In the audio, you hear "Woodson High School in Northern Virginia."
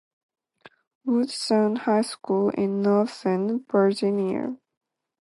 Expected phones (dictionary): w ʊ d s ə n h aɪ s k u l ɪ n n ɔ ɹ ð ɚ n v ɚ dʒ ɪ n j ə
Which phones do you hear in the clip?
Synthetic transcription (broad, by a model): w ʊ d s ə n h aɪ s k u l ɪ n n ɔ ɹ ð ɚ n b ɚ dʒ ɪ n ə